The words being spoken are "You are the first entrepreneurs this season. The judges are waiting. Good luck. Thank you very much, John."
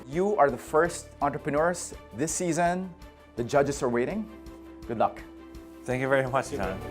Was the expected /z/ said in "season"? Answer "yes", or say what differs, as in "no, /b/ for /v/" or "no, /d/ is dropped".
yes